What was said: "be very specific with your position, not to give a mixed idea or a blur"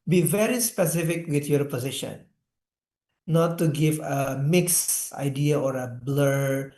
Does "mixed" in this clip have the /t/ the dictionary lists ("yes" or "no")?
no